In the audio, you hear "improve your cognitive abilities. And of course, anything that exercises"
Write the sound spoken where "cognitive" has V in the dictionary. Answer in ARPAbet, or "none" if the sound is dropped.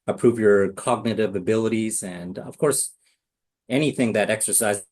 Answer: V